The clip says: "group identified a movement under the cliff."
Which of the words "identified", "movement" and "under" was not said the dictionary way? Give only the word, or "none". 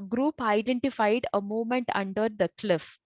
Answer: movement